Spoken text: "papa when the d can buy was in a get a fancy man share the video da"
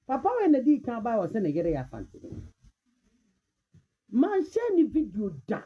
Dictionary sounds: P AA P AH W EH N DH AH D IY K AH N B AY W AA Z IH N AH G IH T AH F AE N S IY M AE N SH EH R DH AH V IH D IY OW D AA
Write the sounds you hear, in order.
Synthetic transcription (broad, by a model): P AA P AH W EH N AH D IY K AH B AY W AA S IH N AH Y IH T AH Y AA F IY M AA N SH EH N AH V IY D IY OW D AA